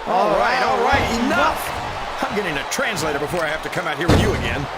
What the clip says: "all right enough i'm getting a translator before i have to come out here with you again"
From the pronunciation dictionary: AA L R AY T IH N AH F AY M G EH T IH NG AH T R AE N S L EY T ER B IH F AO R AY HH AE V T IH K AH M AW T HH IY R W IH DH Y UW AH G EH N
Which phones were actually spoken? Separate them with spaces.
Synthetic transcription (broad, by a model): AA L R AY T IH N AH F AY M G EH T IH NG AH T R AE N S L EY T ER B IH F AO R AY HH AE F T IH K AH M AW T HH IY R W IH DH Y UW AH G EH N